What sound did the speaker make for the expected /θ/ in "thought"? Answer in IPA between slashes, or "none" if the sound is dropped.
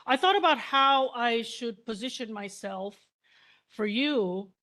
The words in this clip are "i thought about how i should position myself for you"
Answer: /θ/